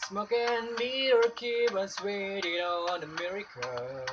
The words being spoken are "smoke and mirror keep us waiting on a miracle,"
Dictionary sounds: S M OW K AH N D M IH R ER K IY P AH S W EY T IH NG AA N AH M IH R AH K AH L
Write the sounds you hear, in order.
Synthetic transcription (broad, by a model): S M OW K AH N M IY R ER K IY B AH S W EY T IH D AA N AH M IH R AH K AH